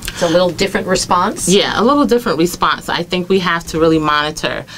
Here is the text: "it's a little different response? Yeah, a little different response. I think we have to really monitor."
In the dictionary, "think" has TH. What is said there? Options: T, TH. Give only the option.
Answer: TH